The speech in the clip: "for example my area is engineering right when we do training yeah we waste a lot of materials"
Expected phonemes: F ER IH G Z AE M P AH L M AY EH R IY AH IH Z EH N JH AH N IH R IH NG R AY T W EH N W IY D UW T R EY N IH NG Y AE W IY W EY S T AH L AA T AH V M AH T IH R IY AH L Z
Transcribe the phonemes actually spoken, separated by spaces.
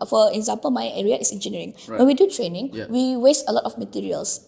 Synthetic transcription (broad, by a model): F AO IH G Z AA M P AH L M AY EH R IY AH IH S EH N JH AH N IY R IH NG W EH N W IY D UW T R EY N IH NG W IY W EY S T AH L AA T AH F M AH T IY R IY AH L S